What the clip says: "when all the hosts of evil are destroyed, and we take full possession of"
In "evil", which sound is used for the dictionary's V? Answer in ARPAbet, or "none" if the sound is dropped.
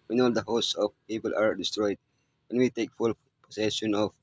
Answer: P